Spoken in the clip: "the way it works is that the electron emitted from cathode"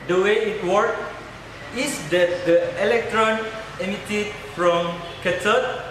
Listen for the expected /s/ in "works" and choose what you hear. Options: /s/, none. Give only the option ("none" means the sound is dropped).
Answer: none